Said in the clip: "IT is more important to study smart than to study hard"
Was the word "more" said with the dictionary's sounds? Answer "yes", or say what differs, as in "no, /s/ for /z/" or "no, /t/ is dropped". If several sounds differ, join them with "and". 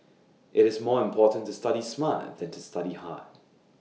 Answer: yes